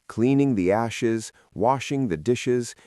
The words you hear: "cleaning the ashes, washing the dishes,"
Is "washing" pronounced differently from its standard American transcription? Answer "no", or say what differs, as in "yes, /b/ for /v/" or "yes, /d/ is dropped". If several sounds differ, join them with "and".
no